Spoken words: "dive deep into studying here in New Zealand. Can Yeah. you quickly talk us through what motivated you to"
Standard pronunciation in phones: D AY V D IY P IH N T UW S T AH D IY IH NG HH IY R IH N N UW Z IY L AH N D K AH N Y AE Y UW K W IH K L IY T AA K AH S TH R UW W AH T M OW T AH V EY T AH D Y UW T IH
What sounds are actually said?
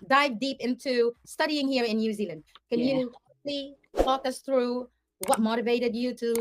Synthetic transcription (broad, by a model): D AY V D IY P IH N T UW S T AH D IY IH NG HH IY R IH N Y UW Z IY L AH N D K AH N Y Y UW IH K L IY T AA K AH S TH R UW W AH T M OW T AH V EY T AH D Y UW T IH